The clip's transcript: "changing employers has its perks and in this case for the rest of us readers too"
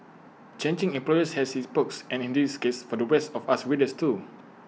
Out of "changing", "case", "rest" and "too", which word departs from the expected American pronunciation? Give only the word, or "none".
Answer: rest